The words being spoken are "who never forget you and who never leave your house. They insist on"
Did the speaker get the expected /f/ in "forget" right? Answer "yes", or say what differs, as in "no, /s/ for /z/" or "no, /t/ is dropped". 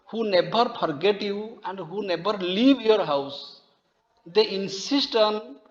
no, /p/ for /f/